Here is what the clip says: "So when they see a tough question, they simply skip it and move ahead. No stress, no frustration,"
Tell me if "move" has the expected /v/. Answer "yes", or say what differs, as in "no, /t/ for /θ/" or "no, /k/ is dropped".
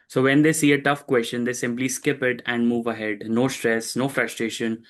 yes